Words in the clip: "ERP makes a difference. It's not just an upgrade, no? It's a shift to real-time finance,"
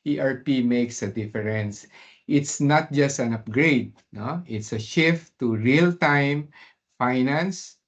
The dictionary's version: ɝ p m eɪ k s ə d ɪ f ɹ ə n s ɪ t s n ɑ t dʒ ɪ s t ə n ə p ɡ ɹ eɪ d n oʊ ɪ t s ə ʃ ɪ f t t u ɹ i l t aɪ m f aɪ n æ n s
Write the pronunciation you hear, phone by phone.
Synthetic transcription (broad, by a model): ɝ p m eɪ k s ə d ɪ f ɹ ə n s ɪ t s n ɑ t dʒ ɪ s t ə n ə p ɡ ɹ eɪ d n oʊ ɪ t s ə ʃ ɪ f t t u ɹ i l t aɪ m f aɪ n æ n s